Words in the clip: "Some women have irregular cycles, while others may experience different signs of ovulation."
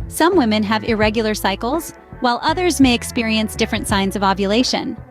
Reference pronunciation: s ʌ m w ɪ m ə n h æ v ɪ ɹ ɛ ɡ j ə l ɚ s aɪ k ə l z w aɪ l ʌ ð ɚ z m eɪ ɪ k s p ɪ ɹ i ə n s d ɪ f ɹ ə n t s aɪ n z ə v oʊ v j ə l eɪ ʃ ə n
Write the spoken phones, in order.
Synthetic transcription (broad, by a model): s ʌ m w ɪ m ə n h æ v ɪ ɹ ɛ ɡ j l ɚ s aɪ k l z w aɪ l ʌ ð ɚ z m eɪ ɪ k s p ɪ ɹ i ə n s d ɪ f ɹ ə n t s aɪ n z ə v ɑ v j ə l eɪ ʃ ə n